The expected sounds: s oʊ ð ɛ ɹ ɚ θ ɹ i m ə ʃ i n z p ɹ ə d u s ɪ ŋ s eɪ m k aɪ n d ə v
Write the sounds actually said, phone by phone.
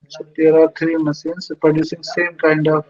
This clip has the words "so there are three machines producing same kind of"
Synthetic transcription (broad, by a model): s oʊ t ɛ ɹ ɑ t ɹ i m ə s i n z p ɹ ə d u s ɪ ŋ s eɪ m k aɪ n d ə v